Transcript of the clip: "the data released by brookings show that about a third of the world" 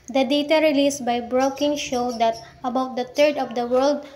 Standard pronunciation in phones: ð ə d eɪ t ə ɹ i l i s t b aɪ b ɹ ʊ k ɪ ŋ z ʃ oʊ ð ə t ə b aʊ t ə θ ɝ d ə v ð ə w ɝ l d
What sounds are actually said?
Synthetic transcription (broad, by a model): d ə d eɪ t ə ɹ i l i s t b aɪ b ɹ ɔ k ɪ ŋ ʃ oʊ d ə t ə b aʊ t ə t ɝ d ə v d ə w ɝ l d